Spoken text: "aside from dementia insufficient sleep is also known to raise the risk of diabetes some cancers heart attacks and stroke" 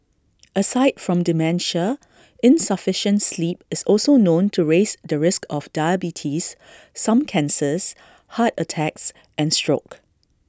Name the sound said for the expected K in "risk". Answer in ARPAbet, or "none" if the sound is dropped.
K